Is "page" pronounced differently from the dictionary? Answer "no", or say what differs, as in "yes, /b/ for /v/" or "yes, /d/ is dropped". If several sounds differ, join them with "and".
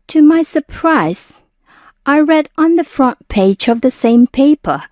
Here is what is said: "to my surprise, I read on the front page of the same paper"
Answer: no